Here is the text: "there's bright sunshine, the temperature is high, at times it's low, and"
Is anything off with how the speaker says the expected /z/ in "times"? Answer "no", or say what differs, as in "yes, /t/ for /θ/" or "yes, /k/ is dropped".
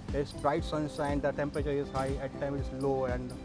yes, /z/ is dropped